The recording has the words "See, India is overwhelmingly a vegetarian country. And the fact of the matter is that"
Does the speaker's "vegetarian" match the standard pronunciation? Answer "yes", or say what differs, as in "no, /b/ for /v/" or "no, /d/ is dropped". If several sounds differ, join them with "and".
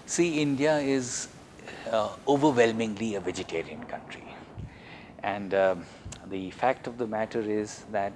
yes